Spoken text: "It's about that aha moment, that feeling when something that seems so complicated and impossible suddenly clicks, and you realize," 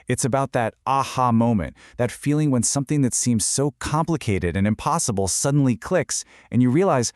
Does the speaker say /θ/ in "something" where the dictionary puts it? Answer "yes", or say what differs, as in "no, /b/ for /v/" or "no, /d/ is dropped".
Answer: yes